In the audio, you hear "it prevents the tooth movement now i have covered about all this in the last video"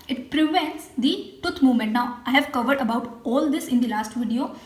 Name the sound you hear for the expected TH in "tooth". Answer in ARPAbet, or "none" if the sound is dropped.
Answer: T